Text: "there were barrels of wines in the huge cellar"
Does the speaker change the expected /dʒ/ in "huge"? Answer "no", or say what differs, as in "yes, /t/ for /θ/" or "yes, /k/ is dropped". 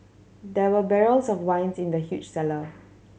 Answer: yes, /tʃ/ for /dʒ/